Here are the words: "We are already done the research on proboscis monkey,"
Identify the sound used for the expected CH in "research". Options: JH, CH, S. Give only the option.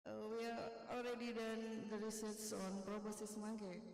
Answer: S